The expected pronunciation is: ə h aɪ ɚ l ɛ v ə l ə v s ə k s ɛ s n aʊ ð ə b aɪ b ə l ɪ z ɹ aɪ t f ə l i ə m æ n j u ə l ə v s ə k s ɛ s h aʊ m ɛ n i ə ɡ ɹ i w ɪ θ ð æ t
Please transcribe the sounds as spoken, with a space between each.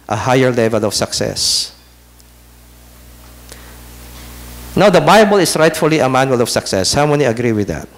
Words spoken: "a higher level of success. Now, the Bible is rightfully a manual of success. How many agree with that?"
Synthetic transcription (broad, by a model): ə h aɪ ɚ l ɛ v ə l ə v s ə k s ɛ s n aʊ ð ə b aɪ b ə l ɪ s ɹ aɪ t f ə l i ə m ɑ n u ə l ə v s ə k s ɛ s h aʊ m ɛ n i ə ɡ ɹ i w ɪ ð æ t